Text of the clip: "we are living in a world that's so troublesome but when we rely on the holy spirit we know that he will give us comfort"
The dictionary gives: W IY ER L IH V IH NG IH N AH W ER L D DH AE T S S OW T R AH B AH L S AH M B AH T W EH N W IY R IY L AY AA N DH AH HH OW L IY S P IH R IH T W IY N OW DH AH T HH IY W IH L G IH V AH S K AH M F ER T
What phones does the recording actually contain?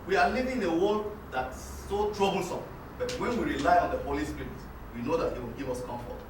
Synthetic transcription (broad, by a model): W IY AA L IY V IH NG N AH W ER D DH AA T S S OW T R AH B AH L S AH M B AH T W EH N W IY R IY L AY AA N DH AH HH OW L IY S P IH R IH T W IY N OW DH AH T HH IY W IH L G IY V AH S K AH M F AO T